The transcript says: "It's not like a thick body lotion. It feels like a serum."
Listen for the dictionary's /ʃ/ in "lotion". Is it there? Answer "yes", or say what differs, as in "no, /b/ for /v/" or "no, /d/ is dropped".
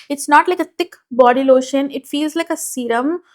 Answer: yes